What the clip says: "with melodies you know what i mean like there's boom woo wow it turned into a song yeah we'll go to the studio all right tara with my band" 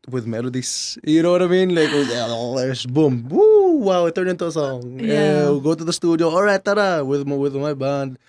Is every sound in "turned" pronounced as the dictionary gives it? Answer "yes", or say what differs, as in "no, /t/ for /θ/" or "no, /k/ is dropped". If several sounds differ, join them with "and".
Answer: no, /d/ is dropped